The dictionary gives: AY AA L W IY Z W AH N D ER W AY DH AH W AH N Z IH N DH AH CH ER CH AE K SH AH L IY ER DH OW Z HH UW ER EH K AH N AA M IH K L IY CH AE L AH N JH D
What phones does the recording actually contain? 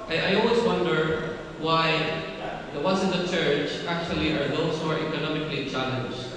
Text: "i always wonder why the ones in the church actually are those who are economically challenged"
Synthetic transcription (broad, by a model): AY AA L W IY Z W AH N D ER W AY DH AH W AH Z IH N DH AH CH ER CH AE K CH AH L IY ER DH OW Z HH UW ER EH K AH N AA M IH K L IY CH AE L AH N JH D